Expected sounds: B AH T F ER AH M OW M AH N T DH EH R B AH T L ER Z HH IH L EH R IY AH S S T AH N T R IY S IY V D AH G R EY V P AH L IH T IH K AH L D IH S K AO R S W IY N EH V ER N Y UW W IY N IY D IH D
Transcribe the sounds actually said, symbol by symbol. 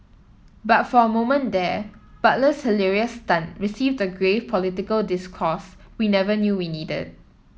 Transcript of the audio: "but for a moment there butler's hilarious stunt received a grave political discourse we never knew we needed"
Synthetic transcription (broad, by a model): B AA T F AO AH M OW M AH N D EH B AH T L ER S HH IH L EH R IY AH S S T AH N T R IY S IY V D AH G R EY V P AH L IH T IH K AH L D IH S K AO S W IY N EH V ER N Y UW W IY N IY D IH D